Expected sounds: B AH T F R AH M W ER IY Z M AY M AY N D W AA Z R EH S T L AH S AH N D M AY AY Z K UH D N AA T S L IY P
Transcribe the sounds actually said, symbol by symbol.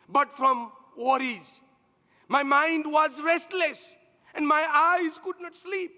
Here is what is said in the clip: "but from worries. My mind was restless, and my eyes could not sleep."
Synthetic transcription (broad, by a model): B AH T F R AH M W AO IY Z M AY M AY N D W AA Z R EH S T L AH S AH N D M AY AY Z K UH D N AA T S L IY P